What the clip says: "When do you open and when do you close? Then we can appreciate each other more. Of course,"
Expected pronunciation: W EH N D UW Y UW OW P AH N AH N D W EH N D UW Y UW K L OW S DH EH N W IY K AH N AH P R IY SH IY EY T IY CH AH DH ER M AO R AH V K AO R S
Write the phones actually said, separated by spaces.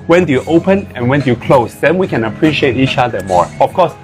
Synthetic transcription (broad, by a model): W EH N D UW Y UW OW P AH N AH N W EH N D UW Y UW K L OW S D EH N W IY K AH N AH P R IY SH IY EY T IY CH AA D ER M AO R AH F K AO S